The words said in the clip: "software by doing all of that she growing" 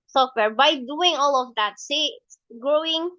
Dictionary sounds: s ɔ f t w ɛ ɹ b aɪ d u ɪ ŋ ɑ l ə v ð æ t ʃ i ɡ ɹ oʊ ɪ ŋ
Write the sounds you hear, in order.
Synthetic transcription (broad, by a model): s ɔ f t w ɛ ɹ b aɪ d u ɪ ŋ ɑ l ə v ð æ t s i ɡ ɹ oʊ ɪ ŋ